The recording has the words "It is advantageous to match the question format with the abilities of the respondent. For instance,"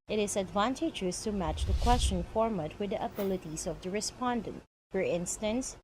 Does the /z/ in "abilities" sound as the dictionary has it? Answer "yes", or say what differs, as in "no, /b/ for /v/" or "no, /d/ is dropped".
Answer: no, /s/ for /z/